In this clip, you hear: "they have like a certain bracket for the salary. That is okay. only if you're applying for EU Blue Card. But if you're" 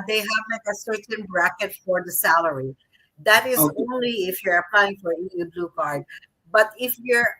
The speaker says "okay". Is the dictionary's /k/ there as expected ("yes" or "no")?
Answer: no